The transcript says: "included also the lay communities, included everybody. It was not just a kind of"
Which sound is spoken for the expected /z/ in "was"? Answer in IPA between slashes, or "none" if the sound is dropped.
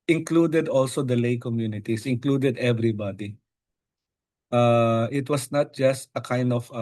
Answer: /s/